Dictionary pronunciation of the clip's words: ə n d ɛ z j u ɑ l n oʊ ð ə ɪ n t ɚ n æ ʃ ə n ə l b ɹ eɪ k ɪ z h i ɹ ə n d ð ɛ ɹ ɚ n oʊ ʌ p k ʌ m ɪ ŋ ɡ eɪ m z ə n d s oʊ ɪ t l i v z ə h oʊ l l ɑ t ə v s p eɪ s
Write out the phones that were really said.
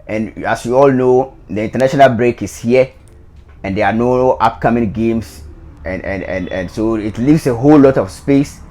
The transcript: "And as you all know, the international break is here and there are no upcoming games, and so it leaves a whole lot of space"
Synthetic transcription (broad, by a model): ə n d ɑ s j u ɑ l n oʊ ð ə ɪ n t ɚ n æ ʃ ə n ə l b ɹ eɪ k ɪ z h i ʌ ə n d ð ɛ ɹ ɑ n oʊ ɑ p k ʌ m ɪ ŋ ɡ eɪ m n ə n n s oʊ ɪ t l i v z ə h oʊ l l ɑ t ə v s p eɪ s